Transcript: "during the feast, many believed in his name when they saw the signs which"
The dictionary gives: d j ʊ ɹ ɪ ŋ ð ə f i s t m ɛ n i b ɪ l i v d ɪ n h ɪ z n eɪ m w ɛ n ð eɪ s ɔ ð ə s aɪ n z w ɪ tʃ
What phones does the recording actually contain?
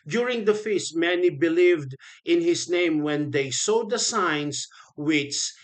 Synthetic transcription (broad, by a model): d j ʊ ɹ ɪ ŋ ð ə f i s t m ɛ n i b ɪ l i v d ɪ n h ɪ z n eɪ m w ɛ n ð eɪ s ɔ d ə s aɪ n s w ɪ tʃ